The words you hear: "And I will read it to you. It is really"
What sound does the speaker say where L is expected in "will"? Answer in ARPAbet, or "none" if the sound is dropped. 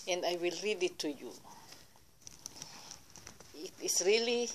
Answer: L